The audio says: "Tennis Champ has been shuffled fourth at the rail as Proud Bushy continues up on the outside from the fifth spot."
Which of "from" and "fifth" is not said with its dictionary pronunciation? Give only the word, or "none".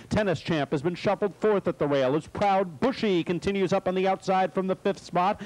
none